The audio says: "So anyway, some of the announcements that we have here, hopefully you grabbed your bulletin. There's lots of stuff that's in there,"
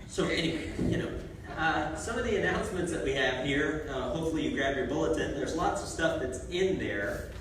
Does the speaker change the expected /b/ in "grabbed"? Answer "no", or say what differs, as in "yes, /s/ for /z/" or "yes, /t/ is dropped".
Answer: yes, /b/ is dropped